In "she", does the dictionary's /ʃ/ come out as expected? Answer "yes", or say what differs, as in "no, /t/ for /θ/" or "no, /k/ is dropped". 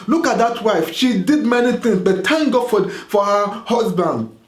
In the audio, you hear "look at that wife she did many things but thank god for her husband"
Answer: yes